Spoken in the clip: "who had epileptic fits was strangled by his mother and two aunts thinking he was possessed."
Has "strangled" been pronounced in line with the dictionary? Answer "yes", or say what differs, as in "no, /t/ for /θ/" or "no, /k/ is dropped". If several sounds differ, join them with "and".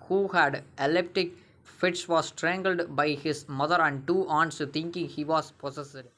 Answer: yes